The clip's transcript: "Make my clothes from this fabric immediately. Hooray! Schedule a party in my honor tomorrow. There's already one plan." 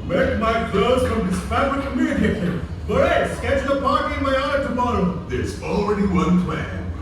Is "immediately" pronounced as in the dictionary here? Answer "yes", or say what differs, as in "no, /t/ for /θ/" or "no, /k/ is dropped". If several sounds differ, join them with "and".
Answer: no, /l/ is dropped